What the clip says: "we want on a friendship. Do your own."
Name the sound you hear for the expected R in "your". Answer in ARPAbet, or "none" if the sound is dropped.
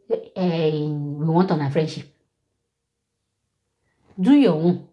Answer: W